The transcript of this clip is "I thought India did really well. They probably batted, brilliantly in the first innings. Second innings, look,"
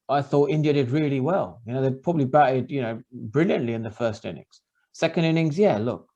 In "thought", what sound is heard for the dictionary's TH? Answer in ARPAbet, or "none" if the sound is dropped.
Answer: TH